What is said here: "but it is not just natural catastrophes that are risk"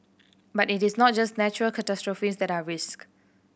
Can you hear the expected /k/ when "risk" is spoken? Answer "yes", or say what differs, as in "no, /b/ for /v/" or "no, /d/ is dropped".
yes